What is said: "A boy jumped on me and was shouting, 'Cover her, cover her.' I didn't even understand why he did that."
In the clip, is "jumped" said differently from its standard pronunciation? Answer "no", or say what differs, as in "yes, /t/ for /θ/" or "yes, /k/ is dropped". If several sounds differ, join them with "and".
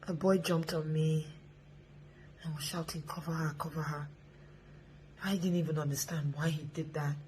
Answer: no